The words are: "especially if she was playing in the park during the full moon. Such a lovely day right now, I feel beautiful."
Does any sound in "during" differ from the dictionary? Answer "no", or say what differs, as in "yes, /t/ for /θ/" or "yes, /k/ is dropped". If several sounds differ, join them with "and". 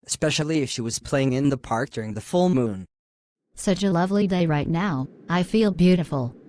no